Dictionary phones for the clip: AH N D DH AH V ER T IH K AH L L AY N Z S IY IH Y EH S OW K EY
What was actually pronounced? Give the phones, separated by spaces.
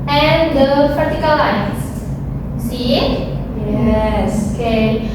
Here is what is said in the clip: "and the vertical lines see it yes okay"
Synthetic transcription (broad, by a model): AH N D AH F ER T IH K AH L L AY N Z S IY Y EH S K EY